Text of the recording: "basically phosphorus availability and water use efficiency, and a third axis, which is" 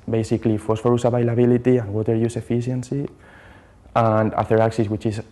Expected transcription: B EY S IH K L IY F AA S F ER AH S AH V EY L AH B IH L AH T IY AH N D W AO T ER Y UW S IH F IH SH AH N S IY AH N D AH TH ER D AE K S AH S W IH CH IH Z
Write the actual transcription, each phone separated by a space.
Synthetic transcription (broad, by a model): B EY S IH K L IY F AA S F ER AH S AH B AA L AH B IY L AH T IY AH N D W AO T ER Y UW S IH F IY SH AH N S IY AH N D AH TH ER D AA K S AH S W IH CH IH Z